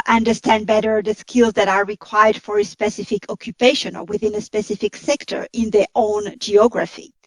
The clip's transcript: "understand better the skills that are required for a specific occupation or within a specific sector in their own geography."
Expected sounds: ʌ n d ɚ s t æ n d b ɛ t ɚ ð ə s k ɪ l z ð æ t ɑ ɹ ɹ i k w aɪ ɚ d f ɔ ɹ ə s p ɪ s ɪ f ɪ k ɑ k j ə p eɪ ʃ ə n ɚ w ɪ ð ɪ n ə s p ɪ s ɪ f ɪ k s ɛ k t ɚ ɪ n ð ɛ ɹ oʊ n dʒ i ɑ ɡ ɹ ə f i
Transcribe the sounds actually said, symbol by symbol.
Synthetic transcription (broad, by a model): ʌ n d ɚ s t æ n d b ɛ t ɚ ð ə s k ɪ l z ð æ t ɑ ɹ ɹ i k w aɪ ɚ d f ɔ ɹ ə s p ɪ s ɪ f ɪ k ɑ k j ə p eɪ ʃ ə n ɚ w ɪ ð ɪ n ə s p ɪ s ɪ f ɪ k s ɛ k t ɚ ɪ n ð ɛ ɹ oʊ n dʒ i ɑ ɡ ɹ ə f i